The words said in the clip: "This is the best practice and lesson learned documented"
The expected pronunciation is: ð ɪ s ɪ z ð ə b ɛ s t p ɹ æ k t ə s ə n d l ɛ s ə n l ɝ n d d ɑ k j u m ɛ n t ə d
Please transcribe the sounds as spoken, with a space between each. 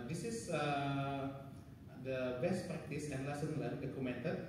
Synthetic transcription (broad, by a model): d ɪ s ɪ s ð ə b ɛ s t p ɹ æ k t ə s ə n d l ɛ s ə n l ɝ d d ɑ k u m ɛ n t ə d